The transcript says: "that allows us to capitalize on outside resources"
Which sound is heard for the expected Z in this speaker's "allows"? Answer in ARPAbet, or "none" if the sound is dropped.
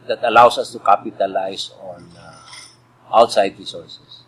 S